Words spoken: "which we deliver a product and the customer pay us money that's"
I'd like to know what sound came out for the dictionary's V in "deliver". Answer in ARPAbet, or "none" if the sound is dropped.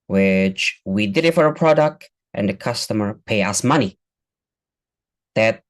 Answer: F